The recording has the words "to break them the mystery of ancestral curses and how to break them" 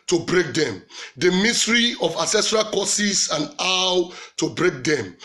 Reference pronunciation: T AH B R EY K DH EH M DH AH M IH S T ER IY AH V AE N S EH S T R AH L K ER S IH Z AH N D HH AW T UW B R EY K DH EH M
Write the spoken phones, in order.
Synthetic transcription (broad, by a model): T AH B R EY K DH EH M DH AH M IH S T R IY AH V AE S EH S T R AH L K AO S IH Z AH N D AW T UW B R EY K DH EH M